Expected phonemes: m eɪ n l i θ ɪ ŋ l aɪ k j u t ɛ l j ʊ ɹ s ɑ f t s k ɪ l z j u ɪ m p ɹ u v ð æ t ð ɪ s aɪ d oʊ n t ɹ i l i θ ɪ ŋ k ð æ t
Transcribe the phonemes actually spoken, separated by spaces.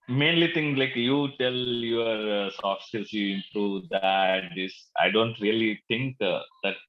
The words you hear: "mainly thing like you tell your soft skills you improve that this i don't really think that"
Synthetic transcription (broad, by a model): m eɪ n l i t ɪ ŋ l aɪ k j u t ɛ l j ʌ ɹ s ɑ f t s ɪ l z j u ɪ m p ɹ u v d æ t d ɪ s aɪ d oʊ n t ɹ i l i t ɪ ŋ k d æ t